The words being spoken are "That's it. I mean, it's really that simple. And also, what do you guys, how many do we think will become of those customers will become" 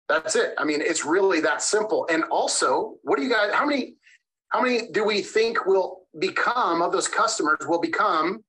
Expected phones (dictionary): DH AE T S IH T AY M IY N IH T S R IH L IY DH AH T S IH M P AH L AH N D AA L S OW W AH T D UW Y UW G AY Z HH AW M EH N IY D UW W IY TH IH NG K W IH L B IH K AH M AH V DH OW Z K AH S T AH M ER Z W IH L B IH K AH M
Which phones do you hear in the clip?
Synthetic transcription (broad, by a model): DH AE T S IH T AY M IY N IH T S R IH L IY DH AH T S IH M P L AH N AA L S OW W AH T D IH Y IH G AY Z HH AW M EH N IY D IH W IY TH IH NG K W IH L B IH K AH M AH V DH OW Z K AH S T AH M ER Z W IH L B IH K AH M